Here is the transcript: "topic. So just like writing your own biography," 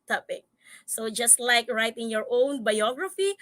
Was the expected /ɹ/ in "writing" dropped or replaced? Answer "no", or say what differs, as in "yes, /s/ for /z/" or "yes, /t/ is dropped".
no